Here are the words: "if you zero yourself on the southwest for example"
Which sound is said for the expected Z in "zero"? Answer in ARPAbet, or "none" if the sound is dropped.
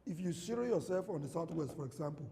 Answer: S